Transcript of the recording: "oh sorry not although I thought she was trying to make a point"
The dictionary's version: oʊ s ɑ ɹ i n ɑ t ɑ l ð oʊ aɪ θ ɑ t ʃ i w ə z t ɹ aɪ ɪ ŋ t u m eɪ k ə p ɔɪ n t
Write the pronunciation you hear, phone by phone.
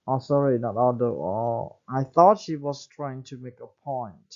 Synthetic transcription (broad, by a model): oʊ s ɑ ɹ i n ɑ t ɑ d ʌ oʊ aɪ θ ɑ t ʃ i w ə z t ɹ aɪ ɪ ŋ t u m eɪ k ə p ɔɪ n t